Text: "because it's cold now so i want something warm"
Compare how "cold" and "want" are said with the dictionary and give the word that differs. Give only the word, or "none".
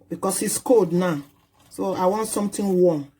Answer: cold